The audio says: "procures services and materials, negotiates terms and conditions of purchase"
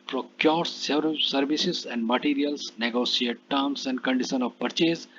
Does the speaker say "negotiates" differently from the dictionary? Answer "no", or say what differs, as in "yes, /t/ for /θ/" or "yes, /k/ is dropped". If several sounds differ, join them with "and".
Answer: yes, /s/ is dropped